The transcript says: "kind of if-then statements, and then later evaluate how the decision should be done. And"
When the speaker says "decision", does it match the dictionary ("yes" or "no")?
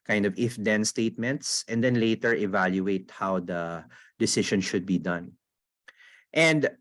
no